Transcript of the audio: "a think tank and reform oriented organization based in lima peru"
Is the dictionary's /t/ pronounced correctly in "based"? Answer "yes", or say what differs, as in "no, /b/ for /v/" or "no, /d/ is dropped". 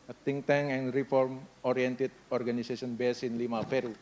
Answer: no, /t/ is dropped